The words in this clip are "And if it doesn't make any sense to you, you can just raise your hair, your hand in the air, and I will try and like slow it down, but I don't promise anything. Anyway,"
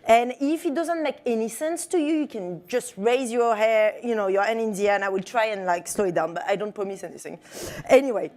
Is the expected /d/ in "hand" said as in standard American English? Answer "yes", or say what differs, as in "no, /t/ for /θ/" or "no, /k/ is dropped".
no, /d/ is dropped